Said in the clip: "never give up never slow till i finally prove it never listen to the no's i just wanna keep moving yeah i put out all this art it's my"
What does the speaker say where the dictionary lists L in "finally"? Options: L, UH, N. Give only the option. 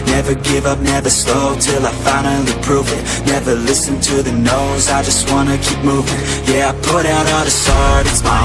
N